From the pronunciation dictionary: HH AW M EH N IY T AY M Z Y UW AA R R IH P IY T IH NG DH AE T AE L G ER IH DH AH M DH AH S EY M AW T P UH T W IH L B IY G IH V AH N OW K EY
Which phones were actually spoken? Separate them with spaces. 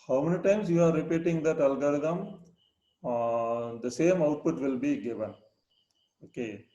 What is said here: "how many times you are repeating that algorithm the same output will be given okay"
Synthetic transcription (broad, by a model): HH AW M EH N IY T AY M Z Y UW AA R R IH P IY T IH NG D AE T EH L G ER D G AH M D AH S EY M AW T P UH T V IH L B IY G IH V AH N OW K EY